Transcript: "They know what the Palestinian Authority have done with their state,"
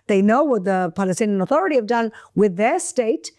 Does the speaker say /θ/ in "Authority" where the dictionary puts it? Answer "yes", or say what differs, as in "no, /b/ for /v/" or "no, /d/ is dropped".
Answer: yes